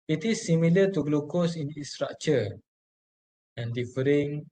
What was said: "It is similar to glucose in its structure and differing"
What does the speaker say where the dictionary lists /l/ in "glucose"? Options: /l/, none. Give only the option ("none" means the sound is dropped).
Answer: /l/